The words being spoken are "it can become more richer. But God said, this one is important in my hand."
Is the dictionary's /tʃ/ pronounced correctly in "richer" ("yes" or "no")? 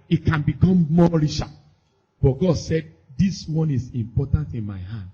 no